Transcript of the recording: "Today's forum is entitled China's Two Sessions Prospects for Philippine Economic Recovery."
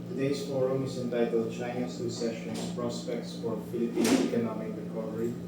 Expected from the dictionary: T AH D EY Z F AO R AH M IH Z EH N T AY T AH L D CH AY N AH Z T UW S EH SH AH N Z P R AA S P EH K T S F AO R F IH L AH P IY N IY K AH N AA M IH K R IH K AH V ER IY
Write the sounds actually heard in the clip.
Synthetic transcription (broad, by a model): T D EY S F AO R AH M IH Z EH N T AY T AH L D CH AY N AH S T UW S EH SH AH N S P R AA S P EH K T S F AO R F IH L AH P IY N IY K AH N AA M IH K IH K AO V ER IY